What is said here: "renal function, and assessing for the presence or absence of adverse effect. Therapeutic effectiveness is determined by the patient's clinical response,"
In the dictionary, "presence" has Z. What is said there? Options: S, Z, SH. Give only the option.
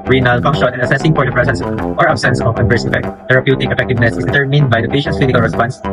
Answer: S